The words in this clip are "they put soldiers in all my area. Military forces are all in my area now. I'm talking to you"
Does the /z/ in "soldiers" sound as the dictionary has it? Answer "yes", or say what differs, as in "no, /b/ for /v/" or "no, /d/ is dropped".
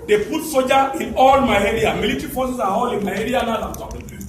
no, /z/ is dropped